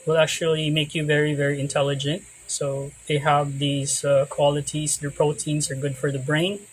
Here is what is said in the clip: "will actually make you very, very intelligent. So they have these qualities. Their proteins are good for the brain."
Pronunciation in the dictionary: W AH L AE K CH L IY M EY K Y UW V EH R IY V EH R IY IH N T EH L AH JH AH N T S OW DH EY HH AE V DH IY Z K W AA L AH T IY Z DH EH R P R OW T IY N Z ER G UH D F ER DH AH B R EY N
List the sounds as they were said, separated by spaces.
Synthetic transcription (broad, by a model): W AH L AE K CH L IY M EY K Y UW V EH R IY V EH R IY IH N T EH L AH JH AH N T S OW DH EY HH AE V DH IY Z K W AA L AH T IY Z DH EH R P R OW T IY N Z ER G UH D F ER DH AH B R EY N